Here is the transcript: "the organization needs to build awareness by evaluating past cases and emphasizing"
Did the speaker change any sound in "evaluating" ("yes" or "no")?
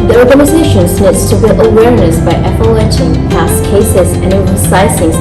yes